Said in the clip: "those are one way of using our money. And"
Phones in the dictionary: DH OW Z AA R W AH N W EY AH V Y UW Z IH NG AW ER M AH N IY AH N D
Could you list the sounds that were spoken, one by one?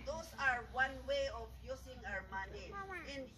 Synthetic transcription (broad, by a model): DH OW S AA R W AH N W EY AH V Y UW S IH NG AW ER M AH N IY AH N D